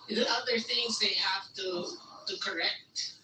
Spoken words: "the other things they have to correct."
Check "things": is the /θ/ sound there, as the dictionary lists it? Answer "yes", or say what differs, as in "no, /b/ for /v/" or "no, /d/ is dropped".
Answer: yes